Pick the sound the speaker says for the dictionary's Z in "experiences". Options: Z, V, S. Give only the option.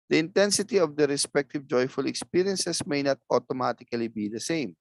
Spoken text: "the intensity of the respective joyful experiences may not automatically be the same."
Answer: S